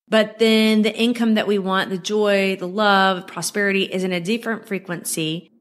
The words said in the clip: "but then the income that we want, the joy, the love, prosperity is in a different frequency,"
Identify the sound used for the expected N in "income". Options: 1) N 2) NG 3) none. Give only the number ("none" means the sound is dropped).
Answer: 1